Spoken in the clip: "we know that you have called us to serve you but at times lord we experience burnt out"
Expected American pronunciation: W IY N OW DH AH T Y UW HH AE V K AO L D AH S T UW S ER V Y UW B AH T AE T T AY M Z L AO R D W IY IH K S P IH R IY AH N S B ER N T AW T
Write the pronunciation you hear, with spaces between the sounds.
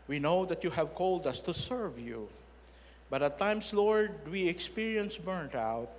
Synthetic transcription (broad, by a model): W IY N OW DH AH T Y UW HH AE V K AO L D AH S T UW S ER V Y UW B AH T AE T T AY M S L AO R D W IY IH K S P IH R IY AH N S B ER N T AW T